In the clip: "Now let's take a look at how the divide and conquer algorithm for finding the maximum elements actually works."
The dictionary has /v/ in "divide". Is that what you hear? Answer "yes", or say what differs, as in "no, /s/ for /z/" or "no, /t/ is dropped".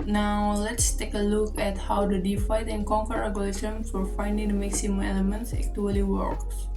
no, /f/ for /v/